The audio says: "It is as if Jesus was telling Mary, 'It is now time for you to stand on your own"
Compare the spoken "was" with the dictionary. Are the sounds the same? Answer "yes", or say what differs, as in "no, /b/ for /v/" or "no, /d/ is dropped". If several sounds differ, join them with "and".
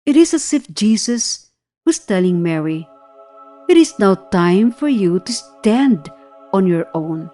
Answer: no, /s/ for /z/